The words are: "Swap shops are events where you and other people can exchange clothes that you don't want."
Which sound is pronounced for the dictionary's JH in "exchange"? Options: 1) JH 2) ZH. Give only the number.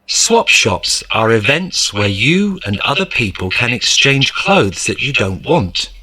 2